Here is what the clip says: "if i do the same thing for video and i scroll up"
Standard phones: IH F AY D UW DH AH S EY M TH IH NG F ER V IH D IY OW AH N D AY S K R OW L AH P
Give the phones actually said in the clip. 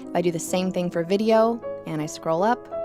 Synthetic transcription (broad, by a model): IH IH D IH DH AH S EY M TH IH NG F ER V IH D IY OW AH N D AY S K R OW L AH P